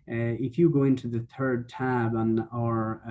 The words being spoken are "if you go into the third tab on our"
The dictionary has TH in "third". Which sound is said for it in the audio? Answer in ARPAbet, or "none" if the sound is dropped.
TH